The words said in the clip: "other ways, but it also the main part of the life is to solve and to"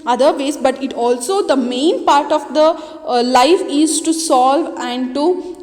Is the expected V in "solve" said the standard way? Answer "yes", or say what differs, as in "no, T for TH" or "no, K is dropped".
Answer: yes